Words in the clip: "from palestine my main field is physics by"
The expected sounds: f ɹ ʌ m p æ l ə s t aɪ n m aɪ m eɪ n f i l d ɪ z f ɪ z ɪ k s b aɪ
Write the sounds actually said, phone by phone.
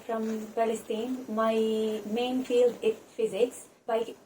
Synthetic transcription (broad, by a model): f ɹ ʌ m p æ l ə s t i n m aɪ m eɪ n f i l d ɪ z f ɪ z ɪ k s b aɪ